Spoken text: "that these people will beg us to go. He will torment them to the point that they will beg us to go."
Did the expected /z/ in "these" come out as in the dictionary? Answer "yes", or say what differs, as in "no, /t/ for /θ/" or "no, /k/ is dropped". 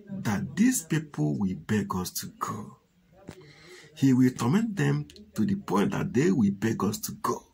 no, /s/ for /z/